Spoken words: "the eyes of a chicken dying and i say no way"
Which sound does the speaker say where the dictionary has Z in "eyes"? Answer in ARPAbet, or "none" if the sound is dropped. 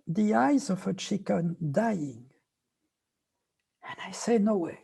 Z